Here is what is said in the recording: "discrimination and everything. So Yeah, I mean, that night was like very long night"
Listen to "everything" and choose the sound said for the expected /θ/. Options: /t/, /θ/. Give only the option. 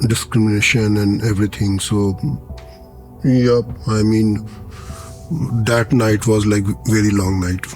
/t/